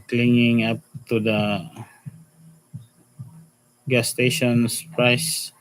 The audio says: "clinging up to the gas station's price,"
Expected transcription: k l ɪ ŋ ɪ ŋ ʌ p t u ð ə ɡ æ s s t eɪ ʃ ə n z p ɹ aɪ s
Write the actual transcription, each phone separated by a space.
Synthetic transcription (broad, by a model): k l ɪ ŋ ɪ ŋ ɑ p t u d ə ɡ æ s s t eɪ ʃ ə n s p ɹ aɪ s